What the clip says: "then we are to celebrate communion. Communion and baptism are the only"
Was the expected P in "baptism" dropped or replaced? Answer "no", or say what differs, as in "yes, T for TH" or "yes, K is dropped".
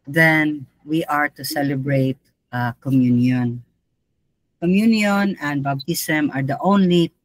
yes, B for P